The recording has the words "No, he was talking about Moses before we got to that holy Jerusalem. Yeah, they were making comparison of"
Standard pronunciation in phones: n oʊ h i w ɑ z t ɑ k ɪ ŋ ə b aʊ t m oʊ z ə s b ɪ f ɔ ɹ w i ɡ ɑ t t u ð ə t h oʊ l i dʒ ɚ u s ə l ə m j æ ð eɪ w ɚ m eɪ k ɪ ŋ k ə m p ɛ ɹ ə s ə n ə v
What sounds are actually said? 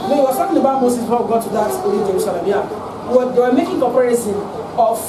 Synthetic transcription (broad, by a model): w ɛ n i w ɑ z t ɑ k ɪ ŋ ə b aʊ t m oʊ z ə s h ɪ w i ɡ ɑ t t u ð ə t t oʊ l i dʒ ɚ u s ə l ə m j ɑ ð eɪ w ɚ m eɪ k ɪ ŋ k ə p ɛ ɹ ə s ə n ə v